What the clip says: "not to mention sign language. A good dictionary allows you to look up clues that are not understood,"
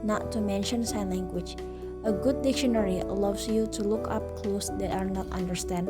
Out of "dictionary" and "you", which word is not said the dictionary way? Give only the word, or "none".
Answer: none